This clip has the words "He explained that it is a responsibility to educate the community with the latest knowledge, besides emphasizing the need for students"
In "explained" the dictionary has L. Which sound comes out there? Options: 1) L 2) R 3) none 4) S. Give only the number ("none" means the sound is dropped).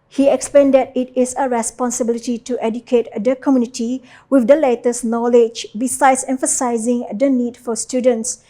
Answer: 3